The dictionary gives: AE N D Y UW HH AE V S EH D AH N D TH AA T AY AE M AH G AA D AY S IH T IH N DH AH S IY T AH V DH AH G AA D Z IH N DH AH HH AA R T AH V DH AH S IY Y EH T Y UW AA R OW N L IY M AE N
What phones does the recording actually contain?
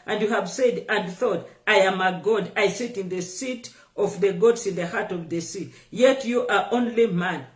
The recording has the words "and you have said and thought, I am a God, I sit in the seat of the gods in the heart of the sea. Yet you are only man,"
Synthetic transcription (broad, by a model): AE N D Y UW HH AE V S EH D AH N D TH AA T AY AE M AH G AA D AY S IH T IH N DH AH S IY T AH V DH AH G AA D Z IH N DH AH HH AA R T AH V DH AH S IY Y EH T Y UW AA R OW N L IY M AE N